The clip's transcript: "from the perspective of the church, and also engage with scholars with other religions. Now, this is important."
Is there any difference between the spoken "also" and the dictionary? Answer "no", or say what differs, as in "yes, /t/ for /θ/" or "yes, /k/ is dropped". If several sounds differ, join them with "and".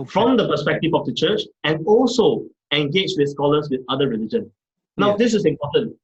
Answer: no